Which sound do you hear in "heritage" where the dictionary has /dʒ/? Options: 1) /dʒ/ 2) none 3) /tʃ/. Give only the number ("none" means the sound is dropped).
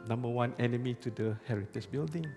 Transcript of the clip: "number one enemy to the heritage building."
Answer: 3